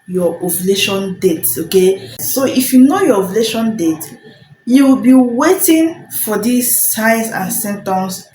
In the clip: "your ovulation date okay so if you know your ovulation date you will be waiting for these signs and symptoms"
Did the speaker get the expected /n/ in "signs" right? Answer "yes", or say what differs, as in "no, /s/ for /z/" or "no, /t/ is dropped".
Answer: no, /n/ is dropped